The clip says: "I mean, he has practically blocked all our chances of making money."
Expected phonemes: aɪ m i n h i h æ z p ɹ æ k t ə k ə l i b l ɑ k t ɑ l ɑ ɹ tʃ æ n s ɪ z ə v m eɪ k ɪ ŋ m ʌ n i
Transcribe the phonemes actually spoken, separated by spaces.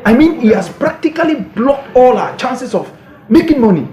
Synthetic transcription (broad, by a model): aɪ m i n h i h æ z p ɹ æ k t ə k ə l i b l ɑ k t ɑ l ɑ tʃ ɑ n s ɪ s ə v m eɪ k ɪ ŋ m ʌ n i